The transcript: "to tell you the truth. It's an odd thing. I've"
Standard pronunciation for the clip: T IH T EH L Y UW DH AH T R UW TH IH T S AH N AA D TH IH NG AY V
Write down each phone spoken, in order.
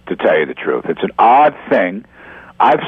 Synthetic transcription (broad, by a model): T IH T EH L Y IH DH AH T R UW TH IH T S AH N AA D TH IH NG AY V